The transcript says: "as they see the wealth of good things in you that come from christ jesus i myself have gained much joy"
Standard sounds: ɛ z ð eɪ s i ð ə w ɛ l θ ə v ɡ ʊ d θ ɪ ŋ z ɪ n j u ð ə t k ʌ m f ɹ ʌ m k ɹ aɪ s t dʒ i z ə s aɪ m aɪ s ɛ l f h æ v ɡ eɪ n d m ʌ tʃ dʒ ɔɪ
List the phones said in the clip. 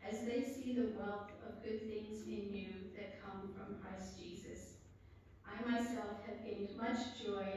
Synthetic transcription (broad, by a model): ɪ z ð eɪ s i ð ə w ɛ l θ ə v ɡ ʊ d θ ɪ ŋ z ɪ n j u ð ə t k ʌ m f ɹ ʌ m k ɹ aɪ s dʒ i z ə s aɪ m aɪ s ɛ l f h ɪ v ɡ eɪ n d m ʌ tʃ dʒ ɔɪ